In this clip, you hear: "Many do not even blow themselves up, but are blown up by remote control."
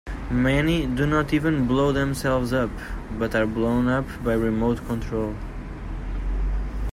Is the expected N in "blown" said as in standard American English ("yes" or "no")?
yes